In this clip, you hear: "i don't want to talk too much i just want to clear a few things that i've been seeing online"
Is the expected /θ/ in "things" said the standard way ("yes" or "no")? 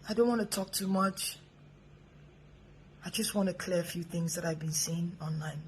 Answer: yes